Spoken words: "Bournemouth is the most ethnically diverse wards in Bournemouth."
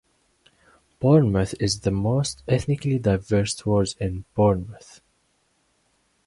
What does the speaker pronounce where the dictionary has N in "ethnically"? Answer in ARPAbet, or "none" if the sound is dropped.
N